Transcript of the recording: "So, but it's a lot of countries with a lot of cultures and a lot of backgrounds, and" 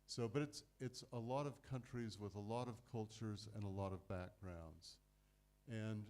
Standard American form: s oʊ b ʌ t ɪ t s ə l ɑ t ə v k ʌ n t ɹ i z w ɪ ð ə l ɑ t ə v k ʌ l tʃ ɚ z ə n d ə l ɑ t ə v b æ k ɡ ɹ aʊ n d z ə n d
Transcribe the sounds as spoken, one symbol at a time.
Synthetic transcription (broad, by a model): s oʊ b ʌ t ɪ t s ə l ɑ t ə v k ʌ n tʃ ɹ i z w ɪ ð ə l ɑ t ə v k ʌ l tʃ ɚ z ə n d ə l ɑ t ə v b æ k ɡ ɹ aʊ n d z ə n